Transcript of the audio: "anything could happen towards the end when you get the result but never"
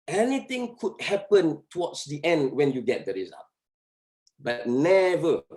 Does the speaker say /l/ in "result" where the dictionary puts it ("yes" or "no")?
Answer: no